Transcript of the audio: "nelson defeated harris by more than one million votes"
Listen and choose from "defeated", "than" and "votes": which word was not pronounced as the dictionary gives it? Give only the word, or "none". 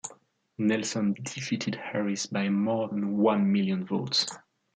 none